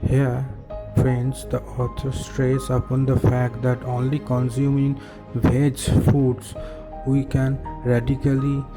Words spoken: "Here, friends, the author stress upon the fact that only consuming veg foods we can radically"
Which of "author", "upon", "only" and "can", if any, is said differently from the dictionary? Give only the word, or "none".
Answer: author